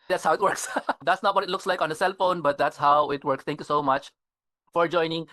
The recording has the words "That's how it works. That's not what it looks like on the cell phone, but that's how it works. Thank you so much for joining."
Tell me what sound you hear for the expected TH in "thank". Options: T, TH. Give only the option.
T